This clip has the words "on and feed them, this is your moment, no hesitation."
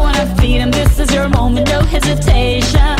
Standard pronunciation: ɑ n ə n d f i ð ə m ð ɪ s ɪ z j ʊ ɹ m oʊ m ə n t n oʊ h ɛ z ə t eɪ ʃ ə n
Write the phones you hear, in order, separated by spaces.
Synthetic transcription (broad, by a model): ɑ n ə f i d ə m ð ɪ s ɪ z j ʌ ɹ m oʊ m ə n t n oʊ h ɛ z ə t eɪ ʃ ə n